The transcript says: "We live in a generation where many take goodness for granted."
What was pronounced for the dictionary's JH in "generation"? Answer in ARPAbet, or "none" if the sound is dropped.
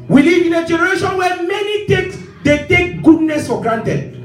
JH